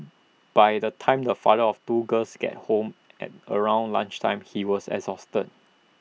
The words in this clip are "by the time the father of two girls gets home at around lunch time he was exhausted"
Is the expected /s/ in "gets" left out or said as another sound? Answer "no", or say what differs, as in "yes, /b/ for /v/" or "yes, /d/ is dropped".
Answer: yes, /s/ is dropped